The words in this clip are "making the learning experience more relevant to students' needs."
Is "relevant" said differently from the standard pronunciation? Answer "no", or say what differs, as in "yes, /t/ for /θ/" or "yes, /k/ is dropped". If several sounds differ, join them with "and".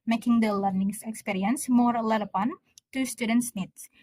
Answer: yes, /l/ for /ɹ/ and /p/ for /v/